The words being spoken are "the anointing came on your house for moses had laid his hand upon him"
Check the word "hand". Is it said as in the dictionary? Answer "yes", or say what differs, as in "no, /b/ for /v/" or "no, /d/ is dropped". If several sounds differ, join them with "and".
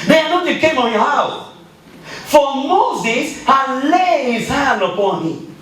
no, /d/ is dropped